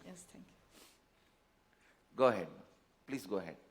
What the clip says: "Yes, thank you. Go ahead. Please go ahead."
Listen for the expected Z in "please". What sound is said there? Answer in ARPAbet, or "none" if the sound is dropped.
S